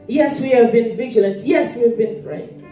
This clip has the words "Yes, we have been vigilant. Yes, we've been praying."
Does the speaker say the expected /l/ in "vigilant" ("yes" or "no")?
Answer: yes